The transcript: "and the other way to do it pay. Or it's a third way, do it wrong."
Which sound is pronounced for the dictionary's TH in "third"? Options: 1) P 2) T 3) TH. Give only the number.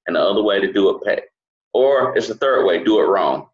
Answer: 3